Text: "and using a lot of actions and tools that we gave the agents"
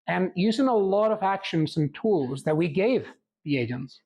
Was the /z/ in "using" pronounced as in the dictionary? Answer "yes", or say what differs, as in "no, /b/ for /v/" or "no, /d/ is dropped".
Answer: yes